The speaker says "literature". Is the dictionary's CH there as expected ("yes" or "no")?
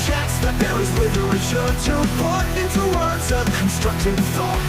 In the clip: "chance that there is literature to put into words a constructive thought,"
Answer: no